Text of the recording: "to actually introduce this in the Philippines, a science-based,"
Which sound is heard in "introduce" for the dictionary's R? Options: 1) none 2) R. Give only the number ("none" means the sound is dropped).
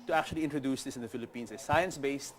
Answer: 2